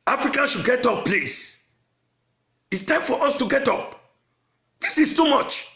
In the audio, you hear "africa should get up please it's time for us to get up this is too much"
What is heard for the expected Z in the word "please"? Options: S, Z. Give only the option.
S